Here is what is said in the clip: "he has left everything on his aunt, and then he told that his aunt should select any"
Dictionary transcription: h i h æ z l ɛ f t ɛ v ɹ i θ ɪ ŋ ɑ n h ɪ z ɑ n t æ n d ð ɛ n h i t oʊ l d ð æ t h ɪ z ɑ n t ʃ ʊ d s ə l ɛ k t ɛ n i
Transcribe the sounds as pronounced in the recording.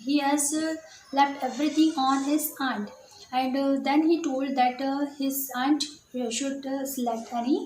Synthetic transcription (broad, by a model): h i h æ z l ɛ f t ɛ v ɹ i t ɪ ŋ ɑ n h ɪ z ɑ n t æ n d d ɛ n h i t oʊ l d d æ t h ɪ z ɑ n t ʃ ʊ d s l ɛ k ɛ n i